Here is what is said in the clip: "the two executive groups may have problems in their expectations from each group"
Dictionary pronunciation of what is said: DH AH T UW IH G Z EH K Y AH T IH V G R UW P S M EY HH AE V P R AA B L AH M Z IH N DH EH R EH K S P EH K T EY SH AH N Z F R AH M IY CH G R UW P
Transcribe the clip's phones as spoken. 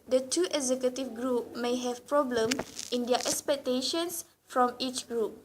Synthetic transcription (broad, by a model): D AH T UW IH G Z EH K Y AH T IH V G R UW P M EY HH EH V P R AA B L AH M IH N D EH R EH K S P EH K T EY SH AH N S F R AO M IY CH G R UW P